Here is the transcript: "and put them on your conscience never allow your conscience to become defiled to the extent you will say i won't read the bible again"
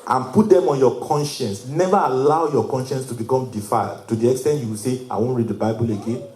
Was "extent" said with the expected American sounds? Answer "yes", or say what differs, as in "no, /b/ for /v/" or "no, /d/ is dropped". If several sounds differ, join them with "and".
yes